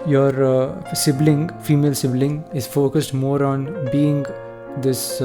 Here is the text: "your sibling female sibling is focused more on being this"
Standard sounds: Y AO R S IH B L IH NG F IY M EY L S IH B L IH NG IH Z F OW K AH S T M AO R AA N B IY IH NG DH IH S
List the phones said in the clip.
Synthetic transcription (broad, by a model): Y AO R S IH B L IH NG F IY M EY L S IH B L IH NG IH Z F OW K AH S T M AO R AA N B IY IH NG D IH S